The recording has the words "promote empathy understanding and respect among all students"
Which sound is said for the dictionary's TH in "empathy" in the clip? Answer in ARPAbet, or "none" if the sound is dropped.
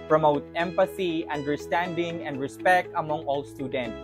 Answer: S